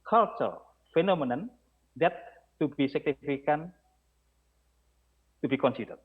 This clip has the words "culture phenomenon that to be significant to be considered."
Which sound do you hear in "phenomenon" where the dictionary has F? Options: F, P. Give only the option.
F